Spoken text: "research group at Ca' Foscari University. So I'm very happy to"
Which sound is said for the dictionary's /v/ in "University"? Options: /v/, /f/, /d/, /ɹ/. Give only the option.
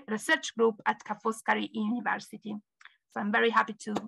/v/